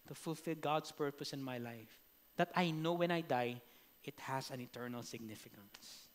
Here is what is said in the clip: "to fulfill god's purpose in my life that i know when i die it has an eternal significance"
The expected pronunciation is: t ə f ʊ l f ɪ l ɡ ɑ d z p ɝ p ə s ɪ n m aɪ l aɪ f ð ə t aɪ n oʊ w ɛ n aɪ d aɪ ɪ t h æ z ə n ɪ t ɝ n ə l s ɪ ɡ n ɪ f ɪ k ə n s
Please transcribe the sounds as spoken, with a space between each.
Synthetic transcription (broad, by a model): t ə f ʊ l f ɪ l ɡ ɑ d s p ɝ p ə s ɪ n m aɪ l aɪ f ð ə t aɪ n oʊ w ɛ n aɪ d aɪ ɪ t h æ s ə n ɪ t ɝ n ə l s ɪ ɡ n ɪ f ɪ k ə n s